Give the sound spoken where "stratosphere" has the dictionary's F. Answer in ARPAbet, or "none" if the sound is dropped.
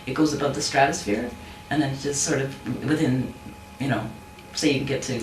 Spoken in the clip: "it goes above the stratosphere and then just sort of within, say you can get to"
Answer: F